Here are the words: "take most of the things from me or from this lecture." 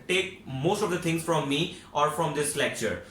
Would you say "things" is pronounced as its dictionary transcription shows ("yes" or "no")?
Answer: no